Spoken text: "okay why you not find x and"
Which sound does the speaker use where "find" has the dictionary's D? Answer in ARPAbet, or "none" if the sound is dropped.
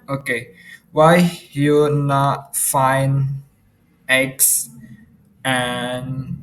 none